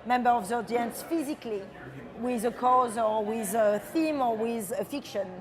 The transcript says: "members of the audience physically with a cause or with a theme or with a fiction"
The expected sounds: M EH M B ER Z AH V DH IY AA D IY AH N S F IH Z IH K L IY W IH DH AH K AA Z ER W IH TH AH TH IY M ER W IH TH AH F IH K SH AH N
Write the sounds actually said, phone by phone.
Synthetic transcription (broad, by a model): M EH M B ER AH V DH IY AA D IY AH N S F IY Z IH K L IY W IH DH AH K AA Z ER W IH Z AH TH IY M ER W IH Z AH F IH K SH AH N